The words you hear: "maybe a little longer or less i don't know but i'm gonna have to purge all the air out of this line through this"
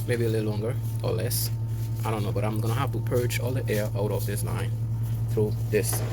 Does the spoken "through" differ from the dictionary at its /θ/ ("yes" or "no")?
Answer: no